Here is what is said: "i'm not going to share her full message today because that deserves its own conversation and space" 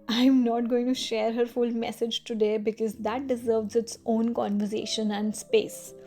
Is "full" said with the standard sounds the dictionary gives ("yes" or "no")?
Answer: yes